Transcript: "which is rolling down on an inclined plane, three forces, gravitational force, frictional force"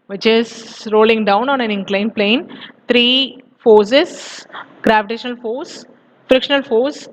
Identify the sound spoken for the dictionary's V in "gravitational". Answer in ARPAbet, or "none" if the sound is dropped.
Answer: V